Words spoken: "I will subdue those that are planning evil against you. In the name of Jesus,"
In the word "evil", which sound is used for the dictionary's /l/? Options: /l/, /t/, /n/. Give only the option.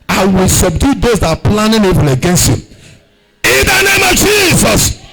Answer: /n/